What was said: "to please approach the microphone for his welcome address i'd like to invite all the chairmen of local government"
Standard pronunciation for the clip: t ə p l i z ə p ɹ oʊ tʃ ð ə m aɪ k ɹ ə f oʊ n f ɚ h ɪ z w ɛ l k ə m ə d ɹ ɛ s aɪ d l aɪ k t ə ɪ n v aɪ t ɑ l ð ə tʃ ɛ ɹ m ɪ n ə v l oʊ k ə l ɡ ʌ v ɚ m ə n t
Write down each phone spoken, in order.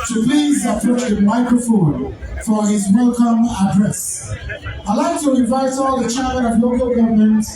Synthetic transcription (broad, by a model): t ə p l i z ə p oʊ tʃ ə m aɪ k ɹ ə f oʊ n f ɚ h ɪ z w ɛ l k ə m ə d ɹ ɛ s aɪ l aɪ k t ə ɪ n v aɪ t ɑ l ð ə tʃ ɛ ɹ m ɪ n ə v l oʊ k ə l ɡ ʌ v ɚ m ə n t